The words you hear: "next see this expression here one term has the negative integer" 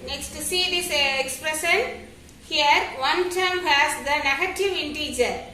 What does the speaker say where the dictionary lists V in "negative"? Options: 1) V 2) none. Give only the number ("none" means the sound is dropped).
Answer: 1